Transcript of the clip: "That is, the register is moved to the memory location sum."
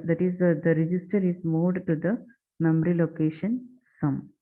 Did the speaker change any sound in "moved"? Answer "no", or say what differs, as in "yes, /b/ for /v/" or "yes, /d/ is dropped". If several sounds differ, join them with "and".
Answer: yes, /v/ is dropped